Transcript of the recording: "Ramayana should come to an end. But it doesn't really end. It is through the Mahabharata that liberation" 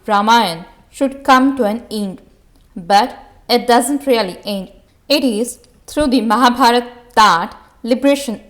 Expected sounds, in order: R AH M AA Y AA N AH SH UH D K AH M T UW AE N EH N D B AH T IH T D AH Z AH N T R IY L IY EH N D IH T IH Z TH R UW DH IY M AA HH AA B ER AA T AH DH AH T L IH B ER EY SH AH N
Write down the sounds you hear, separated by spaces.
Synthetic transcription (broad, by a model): R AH M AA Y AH N SH UH D K AH M T UW AE N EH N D B AH T IH T D AH Z AH N T R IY L IY EH N D IH T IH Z T R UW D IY M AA HH AA B AA T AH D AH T L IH B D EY SH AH N